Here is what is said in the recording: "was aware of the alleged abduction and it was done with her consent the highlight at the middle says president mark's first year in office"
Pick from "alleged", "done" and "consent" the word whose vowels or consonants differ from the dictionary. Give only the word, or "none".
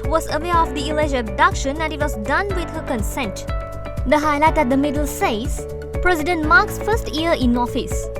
alleged